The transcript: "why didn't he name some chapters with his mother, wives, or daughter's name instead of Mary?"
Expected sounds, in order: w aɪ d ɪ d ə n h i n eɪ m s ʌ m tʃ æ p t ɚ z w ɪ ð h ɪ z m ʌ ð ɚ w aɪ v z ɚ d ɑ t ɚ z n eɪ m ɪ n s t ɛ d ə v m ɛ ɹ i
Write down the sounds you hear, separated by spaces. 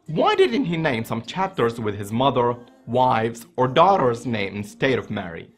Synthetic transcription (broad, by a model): w aɪ d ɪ d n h i n eɪ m s ʌ m tʃ æ p t ɚ z w ɪ ð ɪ z m ʌ ð ɚ w aɪ v z ɚ d ɑ t ɚ z n eɪ m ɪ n s t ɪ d ə v m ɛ ɹ i